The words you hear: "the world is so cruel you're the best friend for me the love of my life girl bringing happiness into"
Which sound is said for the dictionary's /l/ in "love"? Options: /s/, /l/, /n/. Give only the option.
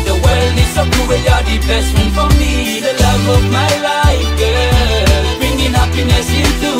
/l/